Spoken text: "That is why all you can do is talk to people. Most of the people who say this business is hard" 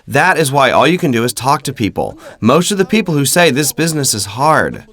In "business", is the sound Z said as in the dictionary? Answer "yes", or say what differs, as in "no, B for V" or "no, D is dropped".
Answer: yes